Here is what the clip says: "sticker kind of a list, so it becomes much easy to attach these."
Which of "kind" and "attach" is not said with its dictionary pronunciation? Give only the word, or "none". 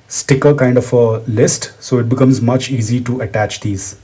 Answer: none